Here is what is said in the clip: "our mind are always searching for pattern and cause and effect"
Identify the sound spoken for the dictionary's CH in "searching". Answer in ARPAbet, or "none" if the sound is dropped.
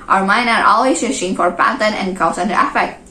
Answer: SH